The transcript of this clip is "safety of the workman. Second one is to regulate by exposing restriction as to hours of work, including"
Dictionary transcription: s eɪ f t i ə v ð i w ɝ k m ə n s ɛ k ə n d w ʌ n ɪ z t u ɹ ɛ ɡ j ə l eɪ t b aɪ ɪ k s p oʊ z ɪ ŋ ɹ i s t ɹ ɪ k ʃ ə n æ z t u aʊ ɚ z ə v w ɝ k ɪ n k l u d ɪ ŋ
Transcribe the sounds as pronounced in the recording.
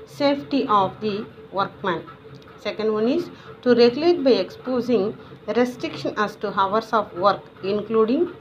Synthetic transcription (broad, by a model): s eɪ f t i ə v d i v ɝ k m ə n s ɛ k ə n d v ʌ n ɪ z t u ɹ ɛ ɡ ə l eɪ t b aɪ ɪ k s p oʊ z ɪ ŋ ɹ i s t ɹ ɪ k ʃ ə n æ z t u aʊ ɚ s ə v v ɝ k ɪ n k l u d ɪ ŋ